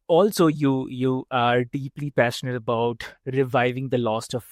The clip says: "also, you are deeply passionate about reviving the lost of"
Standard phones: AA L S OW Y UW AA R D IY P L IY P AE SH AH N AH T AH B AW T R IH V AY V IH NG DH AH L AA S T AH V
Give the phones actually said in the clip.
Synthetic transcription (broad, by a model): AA L S OW Y UW AA R D IY P L IY P AE SH AH N AH T AH B AW T R IH V AY V IH NG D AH L AA S T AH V